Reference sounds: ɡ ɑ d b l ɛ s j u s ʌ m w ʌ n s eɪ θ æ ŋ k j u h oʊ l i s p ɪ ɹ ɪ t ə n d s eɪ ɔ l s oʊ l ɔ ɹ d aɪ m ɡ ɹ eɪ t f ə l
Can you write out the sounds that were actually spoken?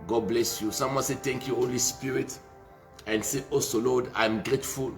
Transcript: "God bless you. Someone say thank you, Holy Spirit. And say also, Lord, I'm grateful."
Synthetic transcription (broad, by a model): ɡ ɑ d b l ɛ s j u s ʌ m w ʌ n s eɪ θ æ ŋ k j u h oʊ l i s p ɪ ɹ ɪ t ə n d s eɪ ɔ s oʊ l ɔ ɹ d aɪ m ɡ ɹ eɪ t f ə l